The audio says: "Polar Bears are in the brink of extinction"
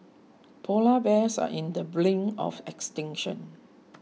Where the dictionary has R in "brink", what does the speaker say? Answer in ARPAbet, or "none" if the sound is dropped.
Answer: L